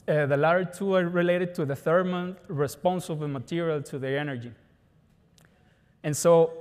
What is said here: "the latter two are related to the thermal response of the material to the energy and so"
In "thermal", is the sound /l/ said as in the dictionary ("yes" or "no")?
no